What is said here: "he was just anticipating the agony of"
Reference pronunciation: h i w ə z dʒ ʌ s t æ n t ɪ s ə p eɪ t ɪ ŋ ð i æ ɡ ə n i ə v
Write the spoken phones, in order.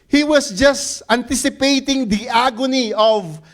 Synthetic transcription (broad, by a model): h i w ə s dʒ ʌ s t æ n t ɪ s ə p eɪ t ɪ ŋ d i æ ɡ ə n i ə v